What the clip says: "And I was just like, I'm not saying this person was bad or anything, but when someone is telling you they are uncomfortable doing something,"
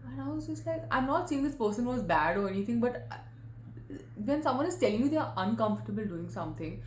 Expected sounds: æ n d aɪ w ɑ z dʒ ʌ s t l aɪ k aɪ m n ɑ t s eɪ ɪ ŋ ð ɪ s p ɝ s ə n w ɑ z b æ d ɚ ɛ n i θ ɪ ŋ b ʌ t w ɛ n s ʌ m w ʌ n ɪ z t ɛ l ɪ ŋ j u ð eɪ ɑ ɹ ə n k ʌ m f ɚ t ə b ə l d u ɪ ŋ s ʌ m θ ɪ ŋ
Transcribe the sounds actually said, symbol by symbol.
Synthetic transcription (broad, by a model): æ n aɪ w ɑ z dʒ ʌ s t l aɪ k aɪ m n ɑ t s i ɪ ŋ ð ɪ s p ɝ s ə n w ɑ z b æ d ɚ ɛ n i t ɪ ŋ b ʌ t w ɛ n s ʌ m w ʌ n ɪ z t ɛ l ɪ ŋ j u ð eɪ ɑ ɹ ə n k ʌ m f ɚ t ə b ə l d u ɪ ŋ s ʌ m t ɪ ŋ